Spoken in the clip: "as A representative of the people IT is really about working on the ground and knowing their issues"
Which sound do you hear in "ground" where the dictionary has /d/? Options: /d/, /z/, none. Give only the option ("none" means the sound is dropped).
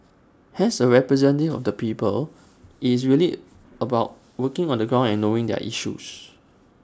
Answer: none